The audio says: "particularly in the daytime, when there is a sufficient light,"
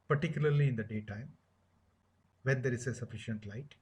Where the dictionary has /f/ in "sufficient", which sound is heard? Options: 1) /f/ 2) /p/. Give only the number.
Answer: 1